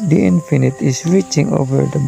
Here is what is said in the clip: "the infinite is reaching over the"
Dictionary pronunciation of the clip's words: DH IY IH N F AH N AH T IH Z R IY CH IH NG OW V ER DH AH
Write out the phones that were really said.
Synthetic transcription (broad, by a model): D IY IH N F AH N AH T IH S R IY CH IH NG OW V ER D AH